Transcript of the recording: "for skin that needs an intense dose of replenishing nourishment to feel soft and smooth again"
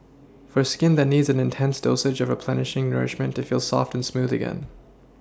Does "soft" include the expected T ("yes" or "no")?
yes